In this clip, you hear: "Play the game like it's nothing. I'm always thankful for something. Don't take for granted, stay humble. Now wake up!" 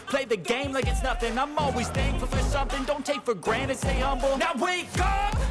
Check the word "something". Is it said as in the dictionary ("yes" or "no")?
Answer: yes